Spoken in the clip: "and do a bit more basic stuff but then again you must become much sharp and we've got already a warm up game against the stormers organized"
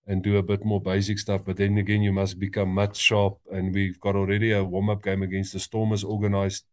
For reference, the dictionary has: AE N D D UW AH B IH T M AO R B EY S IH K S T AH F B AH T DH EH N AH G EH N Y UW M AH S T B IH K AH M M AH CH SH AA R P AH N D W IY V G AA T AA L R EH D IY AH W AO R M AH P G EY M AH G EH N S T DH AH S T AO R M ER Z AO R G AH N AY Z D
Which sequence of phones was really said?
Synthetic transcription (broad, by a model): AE N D D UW AH B IH T M AO R B EY S IH K S T AH F B AH T DH EH N AH G EH N Y UW M AH S T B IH K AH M M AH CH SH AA P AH N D W IY V G AA T AA L R EH D IY AH W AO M AH P G EY M AH G EH N S T DH AH S T AO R M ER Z AO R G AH N AY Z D